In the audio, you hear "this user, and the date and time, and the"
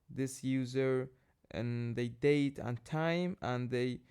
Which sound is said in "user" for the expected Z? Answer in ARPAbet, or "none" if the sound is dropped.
Z